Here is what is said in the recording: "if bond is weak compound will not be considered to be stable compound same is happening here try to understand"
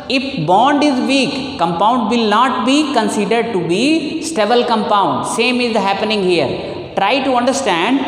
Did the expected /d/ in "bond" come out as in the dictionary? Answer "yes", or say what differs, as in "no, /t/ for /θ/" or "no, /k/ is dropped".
yes